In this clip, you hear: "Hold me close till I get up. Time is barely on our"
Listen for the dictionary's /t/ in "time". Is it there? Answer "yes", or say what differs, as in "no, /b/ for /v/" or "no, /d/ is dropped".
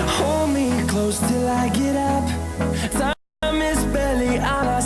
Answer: no, /s/ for /t/